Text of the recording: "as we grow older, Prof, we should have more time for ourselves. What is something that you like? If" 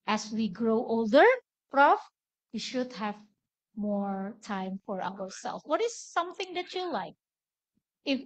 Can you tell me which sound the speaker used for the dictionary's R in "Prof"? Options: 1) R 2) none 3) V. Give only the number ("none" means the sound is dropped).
1